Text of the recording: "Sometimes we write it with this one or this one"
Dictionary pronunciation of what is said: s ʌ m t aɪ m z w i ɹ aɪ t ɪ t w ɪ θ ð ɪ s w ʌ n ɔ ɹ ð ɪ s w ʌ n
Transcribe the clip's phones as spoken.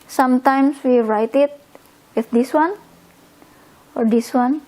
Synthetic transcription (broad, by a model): s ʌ m t aɪ m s w i ɹ aɪ t ɪ t w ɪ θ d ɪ s w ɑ n ɔ ɹ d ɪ s w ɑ n